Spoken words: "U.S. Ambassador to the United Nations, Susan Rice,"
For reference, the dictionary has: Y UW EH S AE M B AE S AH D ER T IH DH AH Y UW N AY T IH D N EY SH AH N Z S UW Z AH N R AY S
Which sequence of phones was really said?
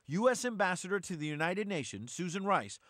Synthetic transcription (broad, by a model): Y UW EH S AE M B AE S AH D ER T IH DH AH Y UW N AY T IH D N EY SH AH N Z S UW Z AH N R AY S